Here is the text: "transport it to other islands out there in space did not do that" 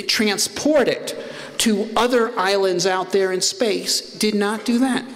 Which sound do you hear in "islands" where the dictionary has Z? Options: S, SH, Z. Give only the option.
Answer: Z